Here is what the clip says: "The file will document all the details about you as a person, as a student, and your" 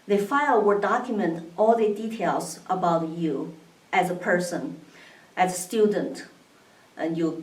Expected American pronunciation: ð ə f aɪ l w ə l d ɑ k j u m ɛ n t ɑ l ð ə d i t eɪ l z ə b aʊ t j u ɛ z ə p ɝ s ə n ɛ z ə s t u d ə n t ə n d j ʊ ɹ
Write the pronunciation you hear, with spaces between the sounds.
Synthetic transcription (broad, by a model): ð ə f aɪ l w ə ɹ d ɑ k j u m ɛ n t ɑ l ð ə d i t eɪ l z ə b aʊ t j u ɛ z ə p ɝ s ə n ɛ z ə s t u d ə n t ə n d j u